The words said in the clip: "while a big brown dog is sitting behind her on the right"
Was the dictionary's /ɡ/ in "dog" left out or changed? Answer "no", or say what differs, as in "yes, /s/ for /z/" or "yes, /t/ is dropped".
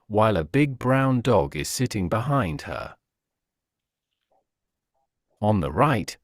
no